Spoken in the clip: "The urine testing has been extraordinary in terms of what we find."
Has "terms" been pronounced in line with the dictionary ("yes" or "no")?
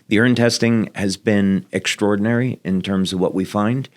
yes